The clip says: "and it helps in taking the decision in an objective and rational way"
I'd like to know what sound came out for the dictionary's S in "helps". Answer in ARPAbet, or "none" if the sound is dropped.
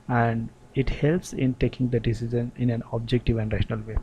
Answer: S